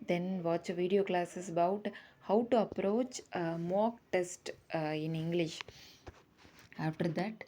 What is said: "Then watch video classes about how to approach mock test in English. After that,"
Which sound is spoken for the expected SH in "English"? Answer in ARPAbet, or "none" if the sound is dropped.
SH